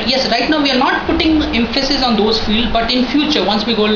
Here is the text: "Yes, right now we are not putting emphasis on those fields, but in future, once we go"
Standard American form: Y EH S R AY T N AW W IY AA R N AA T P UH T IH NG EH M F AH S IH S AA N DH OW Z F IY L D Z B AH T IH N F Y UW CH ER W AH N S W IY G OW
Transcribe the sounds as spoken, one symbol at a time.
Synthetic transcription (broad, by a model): Y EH S R AY T N AW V IY AA R N AA T P UH T IH NG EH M F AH S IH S AA N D OW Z F IY L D B AH T IH N F Y UW CH ER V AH N S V IY G OW